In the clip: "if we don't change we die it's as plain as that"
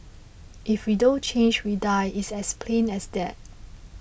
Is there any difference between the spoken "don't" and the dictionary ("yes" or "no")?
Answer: no